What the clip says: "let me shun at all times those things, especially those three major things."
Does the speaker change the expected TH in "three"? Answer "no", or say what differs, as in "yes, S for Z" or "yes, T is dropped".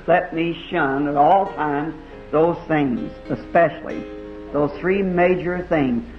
no